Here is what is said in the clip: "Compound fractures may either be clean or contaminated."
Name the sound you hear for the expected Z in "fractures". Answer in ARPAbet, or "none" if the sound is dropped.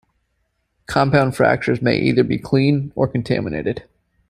Z